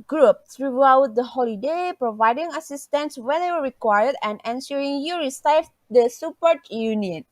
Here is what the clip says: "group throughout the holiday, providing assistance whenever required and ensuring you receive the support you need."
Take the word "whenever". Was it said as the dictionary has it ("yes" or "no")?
no